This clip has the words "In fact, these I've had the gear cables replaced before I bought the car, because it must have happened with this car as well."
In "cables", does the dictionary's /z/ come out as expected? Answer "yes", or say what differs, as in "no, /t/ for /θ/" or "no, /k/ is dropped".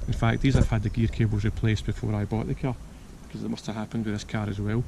yes